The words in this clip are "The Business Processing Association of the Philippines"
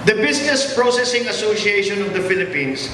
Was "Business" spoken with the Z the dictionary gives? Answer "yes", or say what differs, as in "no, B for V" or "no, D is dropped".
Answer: no, S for Z